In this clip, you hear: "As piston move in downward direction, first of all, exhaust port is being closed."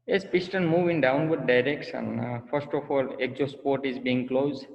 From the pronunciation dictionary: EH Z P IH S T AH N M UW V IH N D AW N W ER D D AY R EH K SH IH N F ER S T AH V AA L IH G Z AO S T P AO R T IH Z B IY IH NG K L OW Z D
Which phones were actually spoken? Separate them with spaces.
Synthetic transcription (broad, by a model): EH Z P IH S T AH N M UW V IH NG D AW N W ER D D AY R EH K S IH N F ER S T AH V AA L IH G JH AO S P AO R T IH Z B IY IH NG K L OW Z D